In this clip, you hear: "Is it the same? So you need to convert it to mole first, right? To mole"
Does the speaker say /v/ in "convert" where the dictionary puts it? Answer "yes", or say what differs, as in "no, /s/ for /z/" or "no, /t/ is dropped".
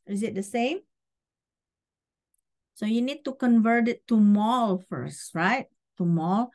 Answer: yes